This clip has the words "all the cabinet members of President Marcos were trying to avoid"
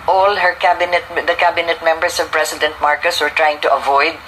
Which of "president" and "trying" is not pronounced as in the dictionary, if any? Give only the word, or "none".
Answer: president